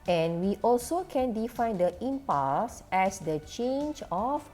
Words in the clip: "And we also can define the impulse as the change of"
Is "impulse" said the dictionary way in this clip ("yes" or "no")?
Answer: no